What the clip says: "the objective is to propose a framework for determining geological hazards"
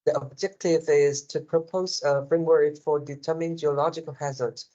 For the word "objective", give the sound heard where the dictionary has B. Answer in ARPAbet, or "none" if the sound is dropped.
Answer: B